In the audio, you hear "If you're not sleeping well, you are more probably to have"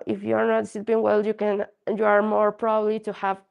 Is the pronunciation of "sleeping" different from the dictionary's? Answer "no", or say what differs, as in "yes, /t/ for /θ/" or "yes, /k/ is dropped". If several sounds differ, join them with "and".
yes, /l/ is dropped